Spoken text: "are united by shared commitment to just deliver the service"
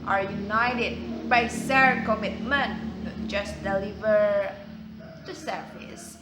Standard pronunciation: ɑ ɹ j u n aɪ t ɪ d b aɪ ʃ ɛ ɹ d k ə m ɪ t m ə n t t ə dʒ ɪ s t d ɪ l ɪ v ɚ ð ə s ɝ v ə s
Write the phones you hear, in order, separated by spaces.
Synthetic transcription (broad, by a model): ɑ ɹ j u n aɪ t ɪ d b aɪ s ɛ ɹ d k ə m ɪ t m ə n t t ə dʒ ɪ s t d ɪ l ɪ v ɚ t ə s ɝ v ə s